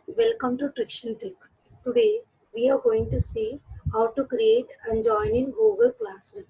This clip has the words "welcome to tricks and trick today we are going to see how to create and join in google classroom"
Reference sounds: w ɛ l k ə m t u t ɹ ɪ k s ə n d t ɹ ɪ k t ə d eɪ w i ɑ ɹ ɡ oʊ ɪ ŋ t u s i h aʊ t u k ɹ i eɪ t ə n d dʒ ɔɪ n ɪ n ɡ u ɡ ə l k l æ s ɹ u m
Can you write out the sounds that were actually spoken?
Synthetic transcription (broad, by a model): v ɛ l k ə m t u t ɹ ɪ k ʃ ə n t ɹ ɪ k t ə d eɪ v i ɑ ɹ ɡ oʊ ɪ ŋ t u s i h aʊ t u k ɹ i eɪ t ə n dʒ ɔɪ n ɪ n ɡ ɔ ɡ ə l k l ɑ s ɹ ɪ